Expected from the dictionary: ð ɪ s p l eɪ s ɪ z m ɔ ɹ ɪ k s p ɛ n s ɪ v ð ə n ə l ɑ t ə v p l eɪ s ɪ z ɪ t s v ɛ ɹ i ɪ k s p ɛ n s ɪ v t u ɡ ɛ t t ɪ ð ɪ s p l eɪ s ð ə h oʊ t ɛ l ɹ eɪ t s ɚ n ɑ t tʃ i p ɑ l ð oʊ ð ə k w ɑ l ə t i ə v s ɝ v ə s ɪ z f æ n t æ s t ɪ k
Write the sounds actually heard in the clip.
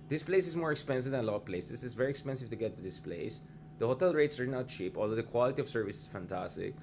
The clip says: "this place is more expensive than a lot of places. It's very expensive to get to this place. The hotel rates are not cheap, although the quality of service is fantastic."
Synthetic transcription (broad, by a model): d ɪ s p l eɪ s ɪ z m ɔ ɹ ɪ k s p ɛ n s ɪ v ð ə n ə l ɑ t ə v p l eɪ s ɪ s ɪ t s v ɛ ɹ i ɪ k s p ɛ n s ɪ v t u ɡ ɛ t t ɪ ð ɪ s p l eɪ s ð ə h oʊ t ɛ l ɹ eɪ t s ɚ n ɑ t tʃ i p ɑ l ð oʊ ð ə k w ɑ l ə t i ə v s ɝ v ə s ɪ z f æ n t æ s t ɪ k